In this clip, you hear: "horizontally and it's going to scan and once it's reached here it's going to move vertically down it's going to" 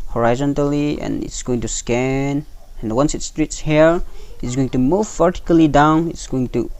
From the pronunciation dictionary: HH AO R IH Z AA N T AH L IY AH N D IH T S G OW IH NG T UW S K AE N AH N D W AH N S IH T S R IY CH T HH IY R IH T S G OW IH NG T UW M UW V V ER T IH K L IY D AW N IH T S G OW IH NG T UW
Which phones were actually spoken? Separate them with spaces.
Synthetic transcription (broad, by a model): HH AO R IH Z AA N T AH L IY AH N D IH T S G OW IH NG T UW S K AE N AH N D W AH N S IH T S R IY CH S HH IY R IH T S G OW IH NG T UW M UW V V ER T IH K L IY D AW N IH T S G OW IH NG T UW